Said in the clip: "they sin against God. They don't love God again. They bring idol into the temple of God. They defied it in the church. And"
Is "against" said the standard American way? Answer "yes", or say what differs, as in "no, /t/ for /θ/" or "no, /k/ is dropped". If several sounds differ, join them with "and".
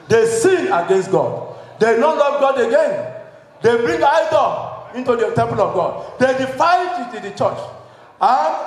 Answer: yes